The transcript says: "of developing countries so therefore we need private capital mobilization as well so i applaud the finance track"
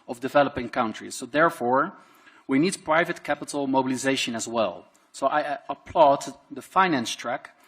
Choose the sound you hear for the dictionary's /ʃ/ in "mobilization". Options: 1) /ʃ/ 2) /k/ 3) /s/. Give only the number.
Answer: 1